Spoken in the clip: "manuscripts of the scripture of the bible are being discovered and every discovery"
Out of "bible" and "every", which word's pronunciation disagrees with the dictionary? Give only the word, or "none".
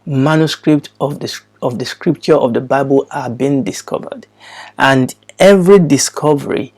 none